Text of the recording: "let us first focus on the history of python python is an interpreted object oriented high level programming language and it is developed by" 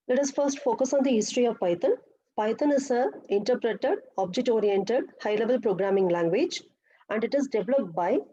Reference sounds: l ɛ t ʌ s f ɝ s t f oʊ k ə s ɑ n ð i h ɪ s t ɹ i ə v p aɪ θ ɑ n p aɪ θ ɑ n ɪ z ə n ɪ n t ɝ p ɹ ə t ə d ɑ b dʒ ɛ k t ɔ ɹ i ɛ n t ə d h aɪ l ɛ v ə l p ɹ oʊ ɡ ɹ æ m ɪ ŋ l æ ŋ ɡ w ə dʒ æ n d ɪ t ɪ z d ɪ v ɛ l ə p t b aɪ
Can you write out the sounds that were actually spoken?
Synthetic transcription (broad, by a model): l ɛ t ʌ s f ɝ s t f oʊ k ə s ɑ n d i h ɪ s t ɹ i ə v p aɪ t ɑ n p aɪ t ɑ n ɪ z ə ɪ n t ɝ p ɹ ə t ə d ɑ b dʒ ɛ k t ɔ ɹ i ɛ n t ə d h aɪ l ɛ v ə l p ɹ oʊ ɡ ɹ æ m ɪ ŋ l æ ŋ ɡ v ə dʒ æ n d ɪ t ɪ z d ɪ v l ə p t b aɪ